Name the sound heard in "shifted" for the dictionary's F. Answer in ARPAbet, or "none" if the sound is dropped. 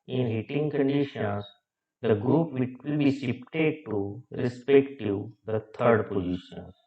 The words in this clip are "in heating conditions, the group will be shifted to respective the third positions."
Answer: P